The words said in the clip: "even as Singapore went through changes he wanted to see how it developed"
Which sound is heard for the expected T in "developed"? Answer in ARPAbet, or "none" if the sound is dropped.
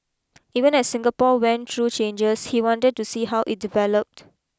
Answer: T